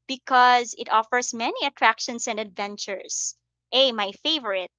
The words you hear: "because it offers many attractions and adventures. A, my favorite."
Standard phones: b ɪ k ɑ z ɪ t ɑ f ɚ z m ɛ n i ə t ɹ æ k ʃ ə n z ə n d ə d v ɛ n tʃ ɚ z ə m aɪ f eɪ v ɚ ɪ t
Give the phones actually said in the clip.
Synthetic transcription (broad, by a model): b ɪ k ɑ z ɪ t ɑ f ɚ s m ɛ n i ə t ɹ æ k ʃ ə n s ə n d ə d v ɛ n tʃ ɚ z ə m aɪ f eɪ v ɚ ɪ t